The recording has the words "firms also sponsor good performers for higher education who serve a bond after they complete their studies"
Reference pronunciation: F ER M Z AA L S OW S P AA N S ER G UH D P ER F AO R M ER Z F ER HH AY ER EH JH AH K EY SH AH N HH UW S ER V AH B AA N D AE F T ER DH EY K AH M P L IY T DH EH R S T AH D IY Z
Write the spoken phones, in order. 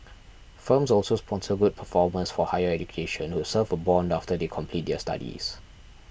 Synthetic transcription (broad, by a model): F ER M S AA L S OW S P AA N S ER G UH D P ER F AO M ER S F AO HH AY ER EH JH AH K EY SH AH N HH UW S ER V AH B AA N D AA F T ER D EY K AH M P L IY T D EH S T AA D IY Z